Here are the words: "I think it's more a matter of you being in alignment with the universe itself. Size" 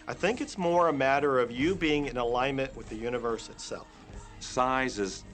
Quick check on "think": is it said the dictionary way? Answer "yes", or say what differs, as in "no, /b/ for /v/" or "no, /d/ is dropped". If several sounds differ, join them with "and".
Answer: yes